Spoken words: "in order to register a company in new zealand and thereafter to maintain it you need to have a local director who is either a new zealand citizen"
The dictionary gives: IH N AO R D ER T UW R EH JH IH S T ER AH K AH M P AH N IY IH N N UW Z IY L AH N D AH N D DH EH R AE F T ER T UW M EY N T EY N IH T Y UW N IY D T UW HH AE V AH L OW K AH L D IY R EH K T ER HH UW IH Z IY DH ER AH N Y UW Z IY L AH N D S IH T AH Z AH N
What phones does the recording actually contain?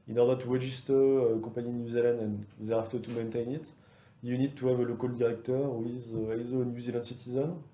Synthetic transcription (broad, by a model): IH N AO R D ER T UW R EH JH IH S T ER AH K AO P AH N IY N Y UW Z IY L AH N D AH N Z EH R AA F T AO T UW M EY N T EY N IH T Y UW N IY D T UW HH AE V AH L OW K AH L D IY R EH K T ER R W IH Z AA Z AH N Y UW Z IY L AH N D S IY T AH Z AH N